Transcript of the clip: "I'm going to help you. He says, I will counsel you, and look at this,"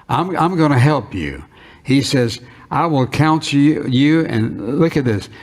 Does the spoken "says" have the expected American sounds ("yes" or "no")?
yes